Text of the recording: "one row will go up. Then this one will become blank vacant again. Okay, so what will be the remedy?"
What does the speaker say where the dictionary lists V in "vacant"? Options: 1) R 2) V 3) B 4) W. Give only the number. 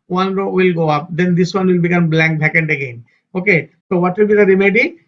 3